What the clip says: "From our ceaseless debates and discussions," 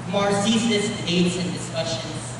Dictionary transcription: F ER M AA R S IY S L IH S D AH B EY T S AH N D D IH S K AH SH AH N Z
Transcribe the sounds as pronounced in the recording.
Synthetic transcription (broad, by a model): M AA R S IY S IH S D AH IH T S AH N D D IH S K AH SH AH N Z